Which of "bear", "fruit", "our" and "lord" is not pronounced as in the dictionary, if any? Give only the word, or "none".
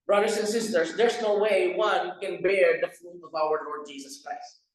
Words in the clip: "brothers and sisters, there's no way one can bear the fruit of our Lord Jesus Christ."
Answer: fruit